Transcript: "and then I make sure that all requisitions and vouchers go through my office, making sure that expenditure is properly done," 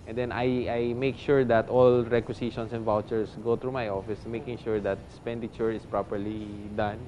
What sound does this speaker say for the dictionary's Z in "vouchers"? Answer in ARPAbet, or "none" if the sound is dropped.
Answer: S